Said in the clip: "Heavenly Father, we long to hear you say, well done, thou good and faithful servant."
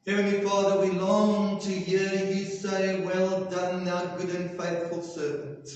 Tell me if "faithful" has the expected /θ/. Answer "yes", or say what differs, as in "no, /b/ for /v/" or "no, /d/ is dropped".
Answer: yes